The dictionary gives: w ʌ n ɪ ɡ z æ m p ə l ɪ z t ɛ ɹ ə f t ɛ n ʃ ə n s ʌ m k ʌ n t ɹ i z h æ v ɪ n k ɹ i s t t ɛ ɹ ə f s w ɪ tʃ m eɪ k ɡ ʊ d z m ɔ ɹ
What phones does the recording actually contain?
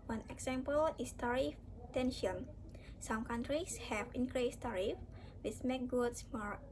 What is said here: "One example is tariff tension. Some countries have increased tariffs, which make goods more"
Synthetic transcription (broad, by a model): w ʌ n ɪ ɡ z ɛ m p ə l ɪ s t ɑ ɹ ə f t ɛ n ʃ ə n s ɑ m k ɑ n t ɹ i s h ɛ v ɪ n k ɹ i s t t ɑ ɹ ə f w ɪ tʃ m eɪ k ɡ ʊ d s m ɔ ɹ